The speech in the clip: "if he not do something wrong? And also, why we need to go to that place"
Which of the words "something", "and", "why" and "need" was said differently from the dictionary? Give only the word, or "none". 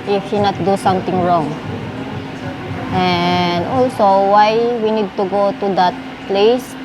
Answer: something